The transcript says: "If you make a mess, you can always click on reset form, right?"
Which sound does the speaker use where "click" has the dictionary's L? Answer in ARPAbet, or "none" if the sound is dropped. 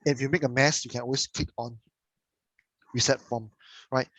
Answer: none